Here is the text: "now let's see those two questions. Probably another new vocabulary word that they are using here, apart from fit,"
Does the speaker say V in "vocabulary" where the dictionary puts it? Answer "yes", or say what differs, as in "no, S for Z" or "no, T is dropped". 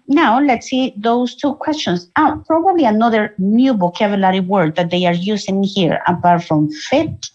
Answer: no, B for V